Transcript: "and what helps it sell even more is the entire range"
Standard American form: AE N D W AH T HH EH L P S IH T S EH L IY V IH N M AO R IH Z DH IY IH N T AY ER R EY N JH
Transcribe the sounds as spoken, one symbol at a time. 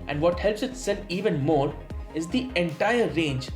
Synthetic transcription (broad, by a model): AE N D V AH T HH EH L P S IH T S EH N IY V IH N M AO R IH Z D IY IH N T AY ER R EY N JH